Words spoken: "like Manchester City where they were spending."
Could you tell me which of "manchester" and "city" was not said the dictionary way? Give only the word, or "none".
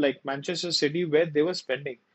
none